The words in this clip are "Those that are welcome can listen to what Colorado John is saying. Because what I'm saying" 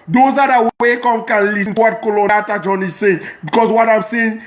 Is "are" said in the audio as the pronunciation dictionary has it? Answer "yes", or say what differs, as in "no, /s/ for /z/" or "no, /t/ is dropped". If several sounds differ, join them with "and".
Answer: no, /w/ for /ɹ/